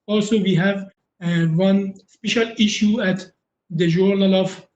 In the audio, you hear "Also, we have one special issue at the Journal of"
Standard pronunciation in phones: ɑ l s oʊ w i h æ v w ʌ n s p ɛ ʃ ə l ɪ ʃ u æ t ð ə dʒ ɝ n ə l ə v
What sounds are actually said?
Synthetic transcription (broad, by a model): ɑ l s oʊ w i h æ v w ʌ n s p ɛ ʃ ə l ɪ ʃ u æ t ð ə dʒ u n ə l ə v